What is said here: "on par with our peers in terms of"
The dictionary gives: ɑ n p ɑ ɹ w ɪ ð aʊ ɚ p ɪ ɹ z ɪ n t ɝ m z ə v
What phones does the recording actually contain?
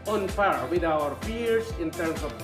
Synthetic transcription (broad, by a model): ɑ n f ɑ ɹ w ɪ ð aʊ ɚ f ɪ ɹ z ɪ n t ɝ m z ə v